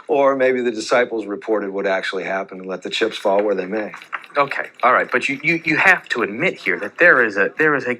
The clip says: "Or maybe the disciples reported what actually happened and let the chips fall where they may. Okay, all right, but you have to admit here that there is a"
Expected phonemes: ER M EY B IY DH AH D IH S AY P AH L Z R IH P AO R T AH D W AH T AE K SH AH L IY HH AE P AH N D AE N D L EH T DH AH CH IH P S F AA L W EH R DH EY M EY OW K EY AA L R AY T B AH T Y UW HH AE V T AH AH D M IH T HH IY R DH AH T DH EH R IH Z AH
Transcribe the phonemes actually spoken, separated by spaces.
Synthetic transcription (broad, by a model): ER M EY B IY DH AH D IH S AY P L Z R IH P AO R T AH D W AH T AE K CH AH L IY HH AE P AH N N L EH T DH AH CH IH P S F AA L W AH R DH EY M EY OW K EY AA L R AY T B AH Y Y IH HH AE F T AH AH D M IH T HH IY R DH AH T DH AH R IH Z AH